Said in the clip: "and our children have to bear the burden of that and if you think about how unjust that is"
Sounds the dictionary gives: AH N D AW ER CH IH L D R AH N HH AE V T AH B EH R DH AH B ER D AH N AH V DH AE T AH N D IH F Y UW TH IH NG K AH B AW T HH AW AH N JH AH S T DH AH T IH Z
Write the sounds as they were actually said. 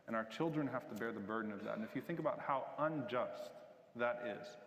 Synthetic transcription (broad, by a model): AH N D AW ER CH IH L D R AH N HH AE F T AH B EH R DH AH B ER D N AH V DH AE T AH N IH F Y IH TH IH NG K AH B AW T HH AW AH N JH AH S T DH AH T IH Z